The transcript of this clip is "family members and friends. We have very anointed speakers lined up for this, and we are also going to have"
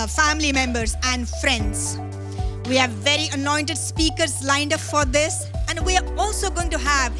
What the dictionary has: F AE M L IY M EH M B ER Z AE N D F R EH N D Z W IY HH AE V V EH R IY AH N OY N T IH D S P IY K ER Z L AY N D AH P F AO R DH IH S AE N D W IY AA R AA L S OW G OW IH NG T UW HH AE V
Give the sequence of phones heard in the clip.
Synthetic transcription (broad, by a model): F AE M L IY M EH M B ER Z AE N D F R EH N D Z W IY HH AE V V EH R IY AH N OY N T IH D S P IY K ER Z L AY N D AH P F AO R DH IH S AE N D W IY AA R AA L S OW G OW IH NG T UW HH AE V